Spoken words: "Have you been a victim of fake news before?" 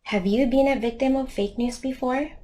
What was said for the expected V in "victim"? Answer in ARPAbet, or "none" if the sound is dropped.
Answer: V